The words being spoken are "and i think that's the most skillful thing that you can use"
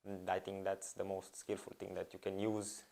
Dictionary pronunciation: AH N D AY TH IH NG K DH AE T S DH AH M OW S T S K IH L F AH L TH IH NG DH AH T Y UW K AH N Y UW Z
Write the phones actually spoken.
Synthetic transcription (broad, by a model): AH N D AY T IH NG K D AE T S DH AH M OW S T S K IH L F AH L T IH NG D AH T Y UW K AH N Y UW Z